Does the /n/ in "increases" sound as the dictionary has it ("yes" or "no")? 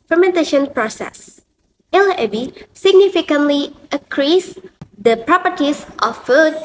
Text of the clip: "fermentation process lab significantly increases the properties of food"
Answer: no